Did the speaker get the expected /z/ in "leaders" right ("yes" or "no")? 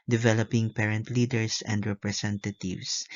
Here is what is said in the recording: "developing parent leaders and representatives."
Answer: no